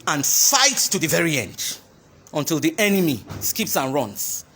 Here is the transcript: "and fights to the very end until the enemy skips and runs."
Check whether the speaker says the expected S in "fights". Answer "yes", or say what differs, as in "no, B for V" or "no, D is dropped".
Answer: yes